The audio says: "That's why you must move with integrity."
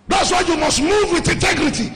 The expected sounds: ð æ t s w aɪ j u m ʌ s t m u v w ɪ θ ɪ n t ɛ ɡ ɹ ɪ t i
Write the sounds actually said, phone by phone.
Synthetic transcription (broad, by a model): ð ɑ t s w aɪ j u m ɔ s t m u v w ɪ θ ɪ n t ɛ ɡ ɹ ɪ t i